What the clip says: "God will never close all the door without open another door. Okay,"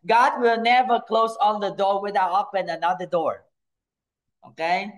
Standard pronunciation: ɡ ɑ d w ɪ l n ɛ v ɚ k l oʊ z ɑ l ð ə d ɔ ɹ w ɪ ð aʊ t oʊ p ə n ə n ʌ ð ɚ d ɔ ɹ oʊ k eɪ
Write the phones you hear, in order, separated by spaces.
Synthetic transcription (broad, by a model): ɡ ɑ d w ɪ l n ɛ v ɚ k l oʊ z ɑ n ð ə d ɔ ɹ w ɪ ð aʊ oʊ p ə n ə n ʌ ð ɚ d ɔ ɹ oʊ k eɪ